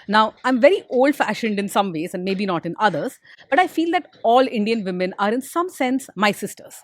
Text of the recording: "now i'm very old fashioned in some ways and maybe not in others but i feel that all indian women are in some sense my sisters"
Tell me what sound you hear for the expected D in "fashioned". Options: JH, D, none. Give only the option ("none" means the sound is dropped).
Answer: D